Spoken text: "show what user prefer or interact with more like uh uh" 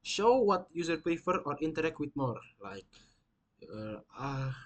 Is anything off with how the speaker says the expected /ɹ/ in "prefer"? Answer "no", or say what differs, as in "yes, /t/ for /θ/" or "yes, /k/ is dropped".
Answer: yes, /ɹ/ is dropped